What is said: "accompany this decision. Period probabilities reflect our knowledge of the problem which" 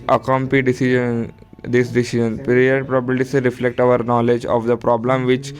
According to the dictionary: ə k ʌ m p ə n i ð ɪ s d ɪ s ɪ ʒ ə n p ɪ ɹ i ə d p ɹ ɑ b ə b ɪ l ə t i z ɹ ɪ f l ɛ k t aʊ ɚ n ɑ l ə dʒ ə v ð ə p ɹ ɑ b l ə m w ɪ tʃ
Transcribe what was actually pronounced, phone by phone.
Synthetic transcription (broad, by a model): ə k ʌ m p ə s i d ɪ s d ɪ s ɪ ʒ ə n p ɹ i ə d p ɹ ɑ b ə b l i s ɹ ɪ f l ɛ k t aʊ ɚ n ɑ l ə dʒ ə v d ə p ɹ ɑ b l ə m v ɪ tʃ